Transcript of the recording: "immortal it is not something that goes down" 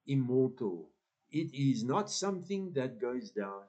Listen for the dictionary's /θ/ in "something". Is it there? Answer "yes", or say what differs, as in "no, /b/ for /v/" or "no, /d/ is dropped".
yes